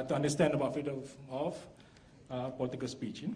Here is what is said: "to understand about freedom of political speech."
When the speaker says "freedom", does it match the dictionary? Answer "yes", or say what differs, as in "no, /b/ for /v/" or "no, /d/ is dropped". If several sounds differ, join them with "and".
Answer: no, /ɹ/ is dropped and /m/ is dropped